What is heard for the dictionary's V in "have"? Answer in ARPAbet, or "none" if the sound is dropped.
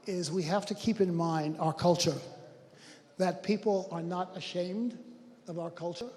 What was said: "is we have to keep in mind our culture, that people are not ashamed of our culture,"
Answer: F